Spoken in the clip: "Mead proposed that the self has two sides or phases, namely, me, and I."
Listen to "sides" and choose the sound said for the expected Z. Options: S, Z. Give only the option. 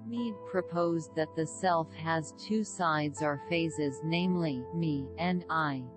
Z